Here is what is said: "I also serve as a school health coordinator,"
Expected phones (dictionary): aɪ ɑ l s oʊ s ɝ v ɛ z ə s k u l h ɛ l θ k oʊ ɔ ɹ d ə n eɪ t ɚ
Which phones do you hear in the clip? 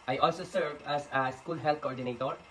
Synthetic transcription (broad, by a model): aɪ ɑ l s oʊ s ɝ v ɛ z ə s k u l h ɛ l t k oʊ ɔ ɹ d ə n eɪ t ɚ